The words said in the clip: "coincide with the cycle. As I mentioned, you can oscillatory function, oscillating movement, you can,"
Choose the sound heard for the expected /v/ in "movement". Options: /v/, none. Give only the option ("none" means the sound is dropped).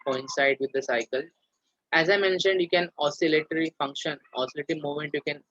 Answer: none